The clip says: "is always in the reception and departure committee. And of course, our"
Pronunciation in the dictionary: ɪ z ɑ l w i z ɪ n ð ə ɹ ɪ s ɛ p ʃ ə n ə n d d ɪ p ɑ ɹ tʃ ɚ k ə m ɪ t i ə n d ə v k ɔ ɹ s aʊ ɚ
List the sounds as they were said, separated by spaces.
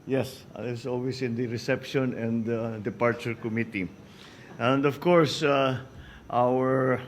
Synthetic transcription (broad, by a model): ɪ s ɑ l w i s ɪ n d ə ɹ ɪ s ɛ p ʃ ə n ə n d d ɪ p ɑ ɹ tʃ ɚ k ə m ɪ t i ə n d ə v k ɔ ɹ s aʊ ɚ